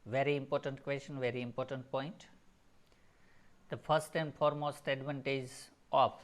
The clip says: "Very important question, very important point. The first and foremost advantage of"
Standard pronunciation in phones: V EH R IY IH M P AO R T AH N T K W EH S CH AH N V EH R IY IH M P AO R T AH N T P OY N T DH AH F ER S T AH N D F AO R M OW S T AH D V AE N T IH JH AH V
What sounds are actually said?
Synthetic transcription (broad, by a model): V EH R IY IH M P AO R T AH N T K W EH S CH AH N V EH R IY IH M P AO R T AH N T P OY N T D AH F ER S T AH N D F AO R M OW S T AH D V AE N T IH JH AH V